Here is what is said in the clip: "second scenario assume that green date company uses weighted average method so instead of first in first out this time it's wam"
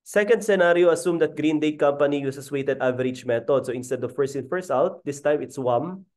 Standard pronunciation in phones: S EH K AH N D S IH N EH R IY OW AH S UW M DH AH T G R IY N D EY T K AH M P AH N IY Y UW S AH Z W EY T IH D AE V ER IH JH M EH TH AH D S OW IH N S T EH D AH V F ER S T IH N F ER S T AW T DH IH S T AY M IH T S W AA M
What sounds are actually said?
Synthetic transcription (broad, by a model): S EH K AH N D S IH N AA R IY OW AH S UW M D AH T G R IY N D EY T K AH M P AH N IY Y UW S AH S W EY T IH D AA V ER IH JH M EH T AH D S OW IH N S T EH D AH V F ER S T IH N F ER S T AW T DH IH S T AY M IH T S W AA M